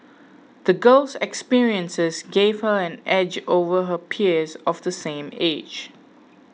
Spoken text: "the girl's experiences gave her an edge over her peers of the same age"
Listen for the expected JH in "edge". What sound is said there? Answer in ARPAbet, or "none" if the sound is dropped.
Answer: JH